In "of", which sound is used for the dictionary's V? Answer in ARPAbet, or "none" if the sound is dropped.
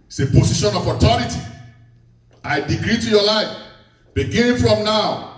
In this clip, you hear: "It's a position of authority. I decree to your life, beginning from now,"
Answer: P